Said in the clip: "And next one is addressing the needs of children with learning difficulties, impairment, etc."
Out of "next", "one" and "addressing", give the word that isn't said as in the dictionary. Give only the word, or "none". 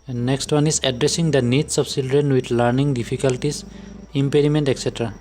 none